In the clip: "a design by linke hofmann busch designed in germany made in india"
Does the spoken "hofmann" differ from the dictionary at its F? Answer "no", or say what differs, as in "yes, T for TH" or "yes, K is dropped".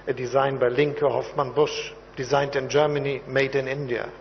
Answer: no